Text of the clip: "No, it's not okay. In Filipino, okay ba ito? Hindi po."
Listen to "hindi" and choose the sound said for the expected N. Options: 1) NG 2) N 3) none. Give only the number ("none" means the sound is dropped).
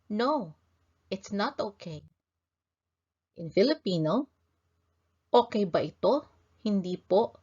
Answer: 2